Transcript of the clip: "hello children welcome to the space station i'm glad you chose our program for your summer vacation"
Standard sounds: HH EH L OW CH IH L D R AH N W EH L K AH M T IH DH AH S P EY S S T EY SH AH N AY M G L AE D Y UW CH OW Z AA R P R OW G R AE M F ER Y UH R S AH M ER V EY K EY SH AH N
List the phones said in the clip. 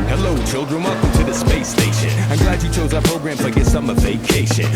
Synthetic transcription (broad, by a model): HH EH L OW CH IH L D R AH N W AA K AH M T IH DH AH S P EY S S T EY SH AH N AY M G L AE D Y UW CH OW Z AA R P R OW G R AE M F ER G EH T S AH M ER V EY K EY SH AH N